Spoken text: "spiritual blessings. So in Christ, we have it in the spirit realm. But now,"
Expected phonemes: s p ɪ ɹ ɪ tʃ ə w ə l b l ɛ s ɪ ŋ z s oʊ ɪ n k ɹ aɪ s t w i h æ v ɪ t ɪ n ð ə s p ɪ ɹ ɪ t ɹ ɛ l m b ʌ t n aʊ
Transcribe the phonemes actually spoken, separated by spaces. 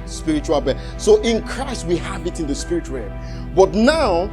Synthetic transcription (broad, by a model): s p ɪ ɹ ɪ tʃ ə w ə l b ɛ s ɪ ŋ ɪ n k ɹ aɪ s t w i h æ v ɪ t ɪ n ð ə s p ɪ ɹ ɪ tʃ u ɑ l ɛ b ʌ t n aʊ